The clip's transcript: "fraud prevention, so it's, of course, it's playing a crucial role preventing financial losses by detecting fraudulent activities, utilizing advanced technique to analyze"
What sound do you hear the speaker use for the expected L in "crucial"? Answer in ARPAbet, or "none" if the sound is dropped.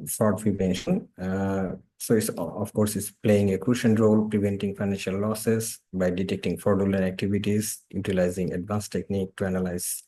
N